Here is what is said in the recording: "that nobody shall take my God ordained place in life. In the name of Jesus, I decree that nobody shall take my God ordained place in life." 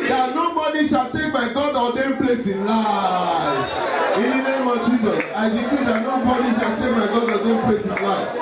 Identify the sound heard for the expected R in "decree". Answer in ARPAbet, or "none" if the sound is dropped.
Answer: none